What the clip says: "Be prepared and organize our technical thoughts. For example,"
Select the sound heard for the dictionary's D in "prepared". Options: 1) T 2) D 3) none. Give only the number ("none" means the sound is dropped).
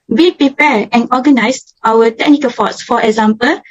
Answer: 3